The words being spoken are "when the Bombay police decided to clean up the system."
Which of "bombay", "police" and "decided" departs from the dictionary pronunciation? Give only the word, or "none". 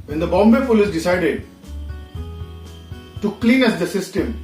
police